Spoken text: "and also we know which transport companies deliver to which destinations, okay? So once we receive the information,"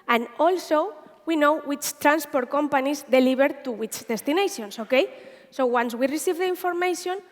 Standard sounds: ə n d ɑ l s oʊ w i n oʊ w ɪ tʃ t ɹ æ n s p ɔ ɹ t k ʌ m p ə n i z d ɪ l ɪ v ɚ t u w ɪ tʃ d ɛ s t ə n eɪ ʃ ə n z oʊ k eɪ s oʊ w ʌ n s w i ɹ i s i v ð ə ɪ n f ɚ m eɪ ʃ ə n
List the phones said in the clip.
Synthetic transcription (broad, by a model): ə n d ɑ l s oʊ w i n oʊ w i tʃ t ɹ æ n s p ɔ ɹ t k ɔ m p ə n i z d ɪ l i b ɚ t u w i tʃ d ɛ s t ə n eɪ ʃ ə n s oʊ k eɪ s oʊ w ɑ n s w i ɹ i s i v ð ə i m f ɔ m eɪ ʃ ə n